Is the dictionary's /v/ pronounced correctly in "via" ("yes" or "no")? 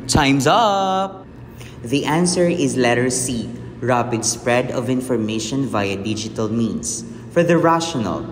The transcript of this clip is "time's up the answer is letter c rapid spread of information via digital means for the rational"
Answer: yes